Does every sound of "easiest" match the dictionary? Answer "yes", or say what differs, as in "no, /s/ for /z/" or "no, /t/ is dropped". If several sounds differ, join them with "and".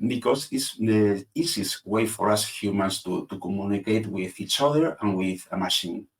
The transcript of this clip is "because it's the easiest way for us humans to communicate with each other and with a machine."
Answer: no, /s/ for /z/